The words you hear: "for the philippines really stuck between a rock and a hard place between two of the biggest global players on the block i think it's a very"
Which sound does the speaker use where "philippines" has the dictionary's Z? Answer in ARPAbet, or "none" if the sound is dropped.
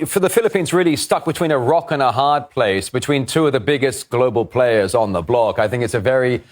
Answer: Z